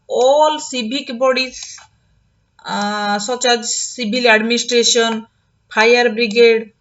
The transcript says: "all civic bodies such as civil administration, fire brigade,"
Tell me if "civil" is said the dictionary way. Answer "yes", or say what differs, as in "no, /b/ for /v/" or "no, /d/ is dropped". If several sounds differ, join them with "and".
no, /b/ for /v/